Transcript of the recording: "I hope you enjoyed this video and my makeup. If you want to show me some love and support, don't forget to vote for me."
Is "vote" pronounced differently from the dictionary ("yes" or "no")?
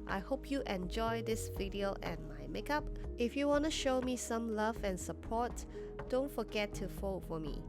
yes